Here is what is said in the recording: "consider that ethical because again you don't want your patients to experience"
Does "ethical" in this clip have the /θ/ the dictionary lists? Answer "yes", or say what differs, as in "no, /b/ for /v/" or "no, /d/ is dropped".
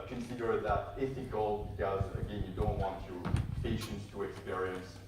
no, /f/ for /θ/